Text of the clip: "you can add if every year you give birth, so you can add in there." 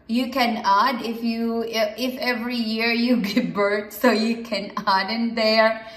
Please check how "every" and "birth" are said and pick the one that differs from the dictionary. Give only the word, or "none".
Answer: birth